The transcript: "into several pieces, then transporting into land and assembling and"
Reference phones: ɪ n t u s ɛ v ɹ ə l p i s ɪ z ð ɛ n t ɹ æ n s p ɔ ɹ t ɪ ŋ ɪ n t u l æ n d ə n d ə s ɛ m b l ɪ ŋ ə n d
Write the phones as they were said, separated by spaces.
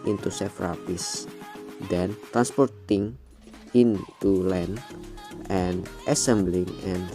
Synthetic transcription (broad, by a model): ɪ n t u s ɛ f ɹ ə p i s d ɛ n t ɹ æ n s p ɔ ɹ t ɪ ŋ ɪ n t u l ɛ n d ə n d ə s ɛ m b l ɪ ŋ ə n